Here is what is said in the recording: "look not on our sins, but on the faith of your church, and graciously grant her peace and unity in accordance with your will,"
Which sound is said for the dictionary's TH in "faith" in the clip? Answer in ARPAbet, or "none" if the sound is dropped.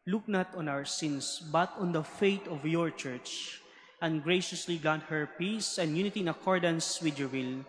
T